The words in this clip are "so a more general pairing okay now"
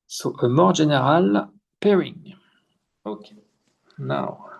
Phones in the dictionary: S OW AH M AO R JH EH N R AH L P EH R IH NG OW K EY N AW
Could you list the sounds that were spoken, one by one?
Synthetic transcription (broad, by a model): S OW AH M AO R ZH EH N R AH L P EH R IH NG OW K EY N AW